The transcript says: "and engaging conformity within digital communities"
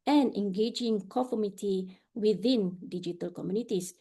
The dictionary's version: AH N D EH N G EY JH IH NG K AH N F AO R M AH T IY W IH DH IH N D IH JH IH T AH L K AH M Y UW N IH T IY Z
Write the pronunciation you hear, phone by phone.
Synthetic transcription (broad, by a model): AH N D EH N G EY JH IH NG K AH F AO M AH T IY W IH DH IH N D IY JH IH T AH L K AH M Y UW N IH T IY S